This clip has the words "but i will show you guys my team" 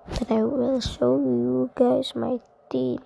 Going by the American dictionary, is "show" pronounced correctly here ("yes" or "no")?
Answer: no